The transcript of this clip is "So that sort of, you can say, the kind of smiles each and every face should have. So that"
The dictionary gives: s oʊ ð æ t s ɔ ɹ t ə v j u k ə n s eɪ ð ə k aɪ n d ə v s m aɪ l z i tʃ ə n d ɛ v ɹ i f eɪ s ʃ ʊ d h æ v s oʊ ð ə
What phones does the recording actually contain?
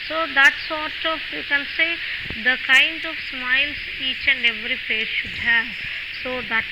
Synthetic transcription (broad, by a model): s oʊ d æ t s ɔ ɹ t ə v j u k ə n s eɪ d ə k aɪ n d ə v s m aɪ l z i tʃ ə n d ɛ v ɹ i p eɪ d ʃ ʊ d h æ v s oʊ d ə